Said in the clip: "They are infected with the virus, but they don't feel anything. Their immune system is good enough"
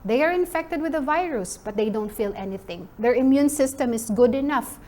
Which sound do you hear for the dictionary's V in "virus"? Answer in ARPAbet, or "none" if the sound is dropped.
V